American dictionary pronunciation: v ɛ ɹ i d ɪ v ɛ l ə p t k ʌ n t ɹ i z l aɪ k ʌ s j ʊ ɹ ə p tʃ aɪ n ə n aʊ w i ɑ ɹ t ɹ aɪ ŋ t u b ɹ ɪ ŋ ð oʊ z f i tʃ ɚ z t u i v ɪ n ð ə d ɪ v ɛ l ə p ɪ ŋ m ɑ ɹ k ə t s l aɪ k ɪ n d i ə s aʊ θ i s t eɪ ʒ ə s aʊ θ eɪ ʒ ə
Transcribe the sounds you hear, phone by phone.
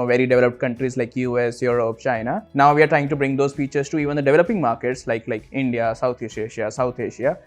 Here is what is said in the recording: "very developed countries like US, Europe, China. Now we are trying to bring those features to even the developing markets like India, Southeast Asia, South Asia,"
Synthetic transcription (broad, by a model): v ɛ ɹ i d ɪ v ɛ l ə p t k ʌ n t ɹ i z l aɪ k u s j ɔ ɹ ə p tʃ aɪ n ə n aʊ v i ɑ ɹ t ɹ aɪ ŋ t u b ɹ ɪ ŋ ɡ oʊ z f i tʃ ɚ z t u i v ɪ n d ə d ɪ v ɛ l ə p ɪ ŋ m ɑ ɹ k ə t s l aɪ k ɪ n d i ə s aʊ t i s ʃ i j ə s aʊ t eɪ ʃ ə